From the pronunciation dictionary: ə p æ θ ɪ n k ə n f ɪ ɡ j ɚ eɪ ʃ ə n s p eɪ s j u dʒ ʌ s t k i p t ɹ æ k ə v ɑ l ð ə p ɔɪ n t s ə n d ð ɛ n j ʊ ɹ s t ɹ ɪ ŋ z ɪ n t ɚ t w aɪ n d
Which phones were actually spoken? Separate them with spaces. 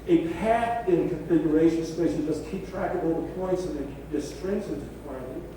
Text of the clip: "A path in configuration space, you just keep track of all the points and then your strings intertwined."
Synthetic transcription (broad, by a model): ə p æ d ɪ n k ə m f ɪ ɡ j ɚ eɪ ʃ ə n s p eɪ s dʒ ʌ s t k i p t ɹ æ k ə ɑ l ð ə p ɔɪ n t s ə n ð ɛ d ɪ s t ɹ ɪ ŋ s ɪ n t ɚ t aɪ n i